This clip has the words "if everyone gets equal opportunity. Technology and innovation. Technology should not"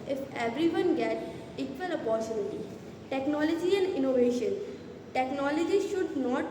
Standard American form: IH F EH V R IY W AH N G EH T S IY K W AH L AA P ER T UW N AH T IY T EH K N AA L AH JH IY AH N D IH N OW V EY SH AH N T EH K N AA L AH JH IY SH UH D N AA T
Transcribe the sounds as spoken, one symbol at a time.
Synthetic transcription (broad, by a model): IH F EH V R IY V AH N G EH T IY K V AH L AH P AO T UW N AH T IY T EH K N AA L AH JH IY AH N D IH N OW V EY SH AH N T EH K N AA L AH JH IY SH UH D N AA T